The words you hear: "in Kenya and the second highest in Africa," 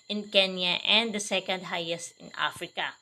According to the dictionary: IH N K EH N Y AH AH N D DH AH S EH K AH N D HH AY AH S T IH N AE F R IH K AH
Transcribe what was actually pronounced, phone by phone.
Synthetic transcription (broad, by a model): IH N K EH N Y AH AH N D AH S EH K AH N D HH AY AH S T IH N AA F R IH K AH